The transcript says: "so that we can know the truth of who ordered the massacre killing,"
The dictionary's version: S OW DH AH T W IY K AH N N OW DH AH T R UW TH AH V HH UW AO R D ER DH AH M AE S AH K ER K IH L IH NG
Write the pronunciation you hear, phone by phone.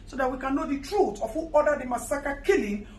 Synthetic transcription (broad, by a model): S OW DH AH T W IY K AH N N OW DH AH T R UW T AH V HH UW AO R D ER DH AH M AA S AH K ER K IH L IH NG